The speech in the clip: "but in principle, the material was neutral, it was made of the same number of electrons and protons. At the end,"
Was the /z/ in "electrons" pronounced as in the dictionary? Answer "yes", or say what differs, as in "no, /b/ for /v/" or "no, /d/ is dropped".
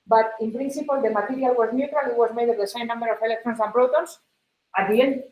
no, /s/ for /z/